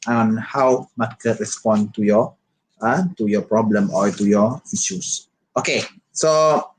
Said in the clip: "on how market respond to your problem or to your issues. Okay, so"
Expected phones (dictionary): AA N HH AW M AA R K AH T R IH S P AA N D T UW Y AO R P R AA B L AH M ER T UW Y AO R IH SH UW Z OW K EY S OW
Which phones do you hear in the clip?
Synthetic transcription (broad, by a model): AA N HH AW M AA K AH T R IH S P AA N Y T UW Y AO P R AA B L AH M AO T UW Y AO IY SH UW S OW K EY S OW